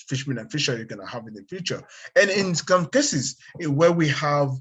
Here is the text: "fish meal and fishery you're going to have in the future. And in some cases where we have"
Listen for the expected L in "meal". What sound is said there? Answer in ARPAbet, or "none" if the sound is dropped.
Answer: N